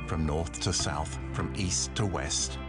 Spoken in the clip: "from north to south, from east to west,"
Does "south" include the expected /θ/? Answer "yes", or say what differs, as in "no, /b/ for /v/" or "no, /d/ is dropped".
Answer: yes